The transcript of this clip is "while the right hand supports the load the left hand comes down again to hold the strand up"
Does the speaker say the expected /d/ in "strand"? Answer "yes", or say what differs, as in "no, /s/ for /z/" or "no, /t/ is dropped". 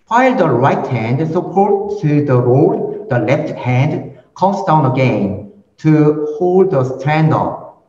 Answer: yes